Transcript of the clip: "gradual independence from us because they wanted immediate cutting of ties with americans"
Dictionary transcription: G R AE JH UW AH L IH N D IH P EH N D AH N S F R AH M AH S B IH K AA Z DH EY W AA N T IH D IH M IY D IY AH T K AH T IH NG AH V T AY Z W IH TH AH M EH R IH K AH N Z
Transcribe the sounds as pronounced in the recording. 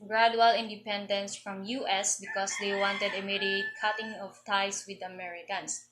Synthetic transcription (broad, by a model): G R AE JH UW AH L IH N D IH P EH N D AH N S F R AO M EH S B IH K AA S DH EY W AA N T IH D IH M IY D IY AH T K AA T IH NG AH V T AY S W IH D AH M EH R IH K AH N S